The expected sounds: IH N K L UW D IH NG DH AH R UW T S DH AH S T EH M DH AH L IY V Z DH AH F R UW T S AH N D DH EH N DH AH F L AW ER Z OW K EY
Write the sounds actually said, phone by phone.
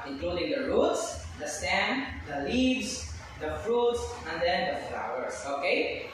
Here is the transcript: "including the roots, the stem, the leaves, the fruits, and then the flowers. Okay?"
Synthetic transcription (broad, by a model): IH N K L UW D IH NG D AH R UW T S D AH S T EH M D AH L IY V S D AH F R UW T S AH N D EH N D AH F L AW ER S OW K EY